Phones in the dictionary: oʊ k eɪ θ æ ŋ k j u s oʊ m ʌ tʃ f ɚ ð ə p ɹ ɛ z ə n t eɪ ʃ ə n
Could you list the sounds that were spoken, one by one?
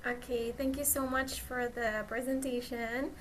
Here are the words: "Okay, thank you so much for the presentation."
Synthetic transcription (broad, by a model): oʊ k eɪ θ æ ŋ k j u s oʊ m ʌ tʃ f ɚ ð ə p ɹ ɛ z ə n t eɪ ʃ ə n